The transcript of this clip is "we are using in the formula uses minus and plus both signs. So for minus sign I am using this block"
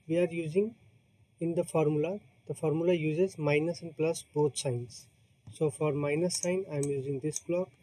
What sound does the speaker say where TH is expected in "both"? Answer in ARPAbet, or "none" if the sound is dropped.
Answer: T